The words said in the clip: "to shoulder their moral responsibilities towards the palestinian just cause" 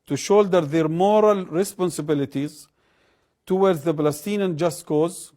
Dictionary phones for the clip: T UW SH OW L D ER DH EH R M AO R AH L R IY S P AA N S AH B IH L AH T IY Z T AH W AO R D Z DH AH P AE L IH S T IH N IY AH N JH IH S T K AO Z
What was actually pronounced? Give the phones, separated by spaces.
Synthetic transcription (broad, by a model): T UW SH OW L D ER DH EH R M AO R AH L R IY S P AA N S AH B IH L AH T IY Z T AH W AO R D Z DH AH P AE L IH S T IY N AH N JH IH S T K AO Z